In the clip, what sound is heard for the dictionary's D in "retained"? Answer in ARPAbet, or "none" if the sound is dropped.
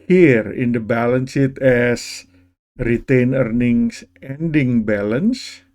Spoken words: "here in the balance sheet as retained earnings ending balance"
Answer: none